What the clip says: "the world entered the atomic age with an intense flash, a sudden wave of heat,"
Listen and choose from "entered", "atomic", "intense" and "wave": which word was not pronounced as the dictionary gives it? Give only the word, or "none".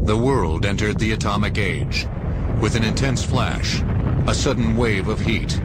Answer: none